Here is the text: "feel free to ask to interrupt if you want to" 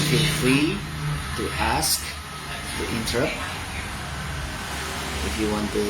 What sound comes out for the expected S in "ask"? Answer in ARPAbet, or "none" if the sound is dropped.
S